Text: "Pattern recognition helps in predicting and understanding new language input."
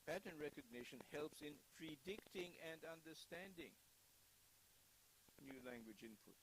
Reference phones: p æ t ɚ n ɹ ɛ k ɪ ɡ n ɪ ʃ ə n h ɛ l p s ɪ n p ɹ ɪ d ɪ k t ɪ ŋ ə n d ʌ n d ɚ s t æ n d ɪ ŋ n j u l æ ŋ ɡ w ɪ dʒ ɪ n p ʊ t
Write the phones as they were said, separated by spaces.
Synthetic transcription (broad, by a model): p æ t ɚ n ɹ ɛ k ɪ ɡ n ɪ ʃ ə n h ɛ l p s ɪ n p ɹ ɪ d ɪ k t ɪ ŋ ə n d ʌ n d ɚ s t æ n d ɪ ŋ n j u l æ ŋ ɡ w ɪ dʒ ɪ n p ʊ t